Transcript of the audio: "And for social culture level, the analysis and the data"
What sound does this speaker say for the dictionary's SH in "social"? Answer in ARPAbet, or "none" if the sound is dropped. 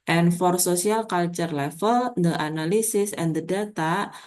S